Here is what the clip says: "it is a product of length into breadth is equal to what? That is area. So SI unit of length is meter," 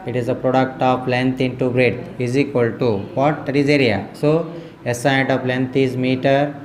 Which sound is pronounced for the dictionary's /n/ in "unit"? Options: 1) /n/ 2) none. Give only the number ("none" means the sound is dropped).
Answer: 2